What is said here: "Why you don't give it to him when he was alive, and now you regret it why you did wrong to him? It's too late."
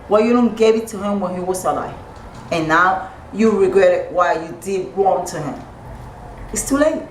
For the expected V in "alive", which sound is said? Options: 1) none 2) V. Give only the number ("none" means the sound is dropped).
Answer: 1